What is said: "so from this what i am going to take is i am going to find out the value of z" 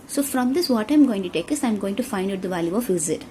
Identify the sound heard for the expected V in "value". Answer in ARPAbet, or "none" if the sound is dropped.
V